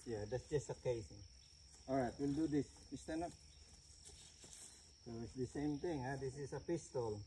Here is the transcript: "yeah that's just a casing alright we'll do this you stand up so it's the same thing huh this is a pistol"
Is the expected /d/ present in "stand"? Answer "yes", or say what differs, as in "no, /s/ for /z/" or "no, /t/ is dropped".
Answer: no, /d/ is dropped